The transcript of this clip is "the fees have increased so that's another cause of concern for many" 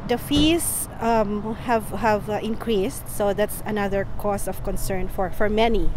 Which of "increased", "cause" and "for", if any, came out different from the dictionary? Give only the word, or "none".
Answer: cause